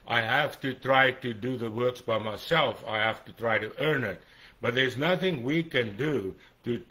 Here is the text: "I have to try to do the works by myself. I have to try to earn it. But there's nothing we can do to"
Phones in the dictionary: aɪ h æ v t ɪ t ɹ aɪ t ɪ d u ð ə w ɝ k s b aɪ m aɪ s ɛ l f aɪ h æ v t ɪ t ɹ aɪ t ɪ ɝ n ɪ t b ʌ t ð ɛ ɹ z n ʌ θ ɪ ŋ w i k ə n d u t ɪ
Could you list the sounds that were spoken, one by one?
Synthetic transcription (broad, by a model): aɪ h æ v t ɪ t ɹ aɪ t ɪ d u ð ə w ɝ k s b aɪ m aɪ s ɛ l f aɪ h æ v t ɪ t ɹ aɪ t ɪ ɝ n ɪ t b ʌ t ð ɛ ɹ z n ʌ θ ɪ ŋ w i k ə n d u t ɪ